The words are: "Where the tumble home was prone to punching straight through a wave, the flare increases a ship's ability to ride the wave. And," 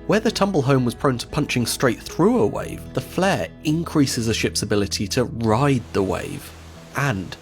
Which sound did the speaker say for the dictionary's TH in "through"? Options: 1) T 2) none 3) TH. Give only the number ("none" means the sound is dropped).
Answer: 3